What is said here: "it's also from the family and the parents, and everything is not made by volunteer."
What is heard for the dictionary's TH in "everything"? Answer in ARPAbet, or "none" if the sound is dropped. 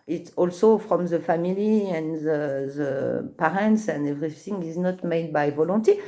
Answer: S